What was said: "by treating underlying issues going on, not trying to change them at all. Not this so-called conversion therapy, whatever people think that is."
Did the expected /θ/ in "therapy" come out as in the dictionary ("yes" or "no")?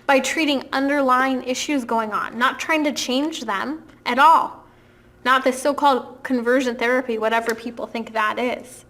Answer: yes